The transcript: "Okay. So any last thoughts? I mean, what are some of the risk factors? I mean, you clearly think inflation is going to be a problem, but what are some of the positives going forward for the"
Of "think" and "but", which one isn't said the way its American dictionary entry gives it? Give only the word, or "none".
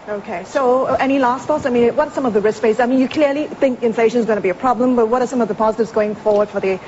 none